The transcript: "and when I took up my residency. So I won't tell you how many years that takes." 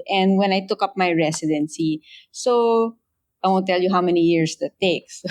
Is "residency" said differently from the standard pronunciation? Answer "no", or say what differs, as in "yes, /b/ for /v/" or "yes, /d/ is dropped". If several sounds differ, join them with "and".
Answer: yes, /s/ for /z/